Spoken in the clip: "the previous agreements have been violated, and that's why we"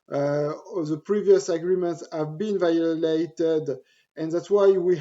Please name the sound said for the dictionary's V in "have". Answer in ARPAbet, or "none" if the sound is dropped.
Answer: V